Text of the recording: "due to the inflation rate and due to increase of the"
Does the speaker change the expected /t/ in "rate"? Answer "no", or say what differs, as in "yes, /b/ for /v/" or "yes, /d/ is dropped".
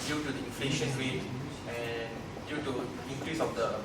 yes, /t/ is dropped